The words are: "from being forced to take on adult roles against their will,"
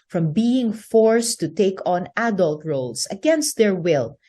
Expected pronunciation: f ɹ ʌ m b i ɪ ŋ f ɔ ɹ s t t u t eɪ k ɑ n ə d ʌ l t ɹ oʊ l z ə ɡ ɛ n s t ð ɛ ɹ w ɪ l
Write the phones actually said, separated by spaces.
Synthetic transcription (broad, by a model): f ɹ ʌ m b i ɪ ŋ f ɔ ɹ s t t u t eɪ k ɑ n ə d ʌ l t ɹ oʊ l s ə ɡ ɛ n s t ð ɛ ɹ w ɪ l